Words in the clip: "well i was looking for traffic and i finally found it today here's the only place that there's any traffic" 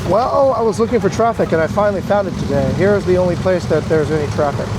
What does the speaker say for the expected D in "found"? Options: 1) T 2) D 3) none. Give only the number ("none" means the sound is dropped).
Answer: 2